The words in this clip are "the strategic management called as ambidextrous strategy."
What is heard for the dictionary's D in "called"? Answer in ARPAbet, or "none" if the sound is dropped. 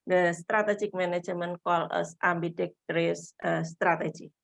none